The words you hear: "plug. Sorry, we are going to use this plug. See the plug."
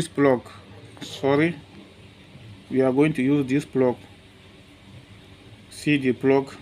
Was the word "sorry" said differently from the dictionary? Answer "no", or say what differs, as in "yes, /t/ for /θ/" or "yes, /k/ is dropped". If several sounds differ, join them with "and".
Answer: no